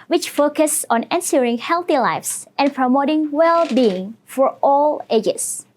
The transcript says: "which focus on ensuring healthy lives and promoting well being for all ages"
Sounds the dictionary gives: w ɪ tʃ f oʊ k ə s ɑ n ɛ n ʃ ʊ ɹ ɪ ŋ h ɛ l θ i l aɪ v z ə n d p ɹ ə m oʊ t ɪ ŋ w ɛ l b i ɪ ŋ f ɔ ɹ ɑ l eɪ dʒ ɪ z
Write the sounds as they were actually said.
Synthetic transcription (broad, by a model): w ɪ tʃ f oʊ k ə s ɑ n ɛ n s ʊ ɹ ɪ ŋ h ɛ l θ i l aɪ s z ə n p ɹ ə m oʊ t ɪ ŋ w ɛ l b i ɪ ŋ f ɔ ɹ ɑ l eɪ dʒ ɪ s